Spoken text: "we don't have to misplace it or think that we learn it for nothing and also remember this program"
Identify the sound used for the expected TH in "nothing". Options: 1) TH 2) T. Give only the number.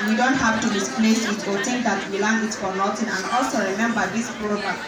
2